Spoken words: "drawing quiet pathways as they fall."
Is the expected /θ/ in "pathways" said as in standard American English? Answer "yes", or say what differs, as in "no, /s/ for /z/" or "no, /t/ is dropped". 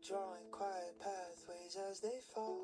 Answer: yes